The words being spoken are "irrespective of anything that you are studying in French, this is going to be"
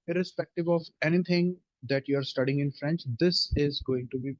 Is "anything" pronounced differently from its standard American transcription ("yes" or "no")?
yes